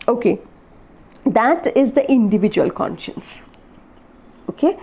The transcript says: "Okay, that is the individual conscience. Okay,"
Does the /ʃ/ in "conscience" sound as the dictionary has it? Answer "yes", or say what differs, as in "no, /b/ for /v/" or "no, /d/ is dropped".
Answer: yes